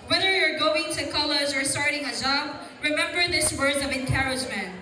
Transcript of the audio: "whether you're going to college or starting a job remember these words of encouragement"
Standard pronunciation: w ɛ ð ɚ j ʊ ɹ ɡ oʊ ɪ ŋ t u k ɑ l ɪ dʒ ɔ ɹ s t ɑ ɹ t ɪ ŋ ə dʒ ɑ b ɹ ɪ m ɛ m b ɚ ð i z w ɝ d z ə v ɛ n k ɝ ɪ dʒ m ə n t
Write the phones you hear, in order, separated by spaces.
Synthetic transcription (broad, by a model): w ɛ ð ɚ j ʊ ɹ ɡ oʊ ɪ ŋ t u k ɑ l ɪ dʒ ɔ ɹ s t ɑ ɹ t ɪ ŋ ə dʒ ɑ b ɹ ɪ m ɛ m b ɚ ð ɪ s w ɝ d ə v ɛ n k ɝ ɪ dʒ m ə n t